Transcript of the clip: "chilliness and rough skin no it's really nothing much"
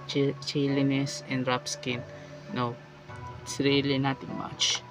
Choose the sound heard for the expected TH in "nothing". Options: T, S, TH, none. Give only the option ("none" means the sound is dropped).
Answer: T